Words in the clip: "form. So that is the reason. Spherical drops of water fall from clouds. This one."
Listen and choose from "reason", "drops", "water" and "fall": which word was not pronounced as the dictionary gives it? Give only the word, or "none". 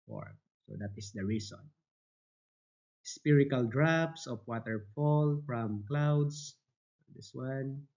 reason